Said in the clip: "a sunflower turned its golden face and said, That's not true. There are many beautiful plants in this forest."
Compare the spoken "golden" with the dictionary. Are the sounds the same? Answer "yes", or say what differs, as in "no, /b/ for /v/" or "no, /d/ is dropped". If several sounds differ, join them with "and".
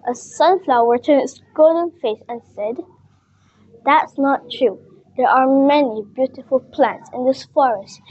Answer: no, /l/ is dropped